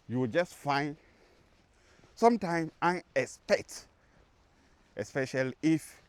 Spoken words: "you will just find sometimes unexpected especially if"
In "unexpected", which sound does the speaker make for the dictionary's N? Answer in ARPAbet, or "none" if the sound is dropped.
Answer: none